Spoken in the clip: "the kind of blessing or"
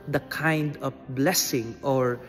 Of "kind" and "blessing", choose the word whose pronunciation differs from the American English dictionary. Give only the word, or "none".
none